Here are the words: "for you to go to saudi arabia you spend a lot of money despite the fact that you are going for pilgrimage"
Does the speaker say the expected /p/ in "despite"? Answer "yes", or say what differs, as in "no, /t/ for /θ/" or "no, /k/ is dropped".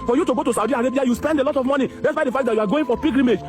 no, /b/ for /p/